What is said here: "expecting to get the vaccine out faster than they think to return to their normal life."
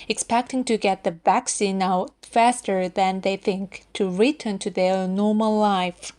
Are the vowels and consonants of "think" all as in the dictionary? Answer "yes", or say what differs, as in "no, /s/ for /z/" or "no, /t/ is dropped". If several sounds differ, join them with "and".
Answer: yes